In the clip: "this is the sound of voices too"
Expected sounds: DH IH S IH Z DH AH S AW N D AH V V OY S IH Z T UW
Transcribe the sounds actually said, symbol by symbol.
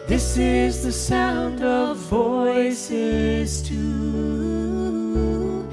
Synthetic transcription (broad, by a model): DH IH S IH Z DH AH S AW N D AH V V OY S IH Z T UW